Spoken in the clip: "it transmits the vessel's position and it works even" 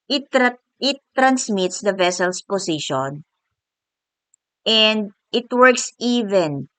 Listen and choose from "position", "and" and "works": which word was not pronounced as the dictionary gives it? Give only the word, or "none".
position